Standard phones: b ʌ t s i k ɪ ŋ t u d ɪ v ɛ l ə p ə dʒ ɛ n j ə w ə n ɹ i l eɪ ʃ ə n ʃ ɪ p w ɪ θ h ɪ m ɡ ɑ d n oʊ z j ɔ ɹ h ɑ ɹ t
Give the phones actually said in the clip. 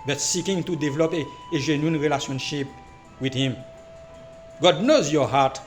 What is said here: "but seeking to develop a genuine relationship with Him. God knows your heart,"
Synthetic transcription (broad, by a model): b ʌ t s i k ɪ ŋ t u d ɪ v ɛ l ə p ə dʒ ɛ n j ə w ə n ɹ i l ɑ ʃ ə n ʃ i p w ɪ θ h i m ɡ ɑ d n oʊ z j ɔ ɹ h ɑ t